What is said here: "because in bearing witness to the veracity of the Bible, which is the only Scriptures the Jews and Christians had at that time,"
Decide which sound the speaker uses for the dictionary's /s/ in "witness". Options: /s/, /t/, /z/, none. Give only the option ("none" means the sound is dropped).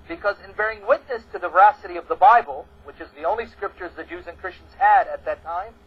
/s/